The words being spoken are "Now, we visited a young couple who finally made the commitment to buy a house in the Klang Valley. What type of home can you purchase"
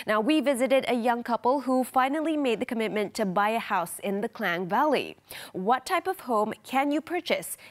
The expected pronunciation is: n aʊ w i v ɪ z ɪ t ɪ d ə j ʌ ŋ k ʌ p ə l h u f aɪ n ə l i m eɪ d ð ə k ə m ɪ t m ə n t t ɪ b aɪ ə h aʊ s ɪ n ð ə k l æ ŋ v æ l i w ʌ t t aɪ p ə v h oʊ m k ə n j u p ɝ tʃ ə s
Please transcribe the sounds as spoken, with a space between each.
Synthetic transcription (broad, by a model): n aʊ w i v ɪ z ɪ t ɪ d ə j ʌ ŋ k ʌ p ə l h u f aɪ n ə l i m eɪ d ð ə k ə m ɪ t m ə n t t ɪ b aɪ ə h aʊ s ɪ n ð ə k l æ ŋ v æ l i w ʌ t t aɪ p ə v h oʊ m k ə n j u p ɝ tʃ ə s